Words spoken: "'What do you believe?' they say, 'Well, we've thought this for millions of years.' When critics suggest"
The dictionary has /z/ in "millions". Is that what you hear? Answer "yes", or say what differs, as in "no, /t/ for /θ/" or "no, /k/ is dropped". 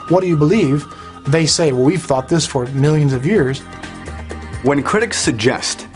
yes